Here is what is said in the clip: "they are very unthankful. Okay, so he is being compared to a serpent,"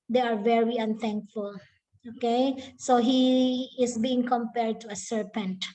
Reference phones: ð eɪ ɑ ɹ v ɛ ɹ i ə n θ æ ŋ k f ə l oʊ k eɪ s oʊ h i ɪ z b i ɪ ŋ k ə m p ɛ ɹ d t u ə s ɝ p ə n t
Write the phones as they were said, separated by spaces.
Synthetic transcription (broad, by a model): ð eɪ ɑ ɹ v ɛ ɹ i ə n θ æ ŋ k f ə l oʊ k eɪ s oʊ h i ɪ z b i ɪ ŋ k ə m p ɛ ɹ d t u ə s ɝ p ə n t